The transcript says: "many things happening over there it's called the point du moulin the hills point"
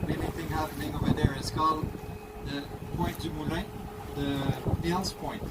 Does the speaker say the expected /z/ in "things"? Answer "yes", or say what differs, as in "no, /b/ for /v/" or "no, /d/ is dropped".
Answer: no, /z/ is dropped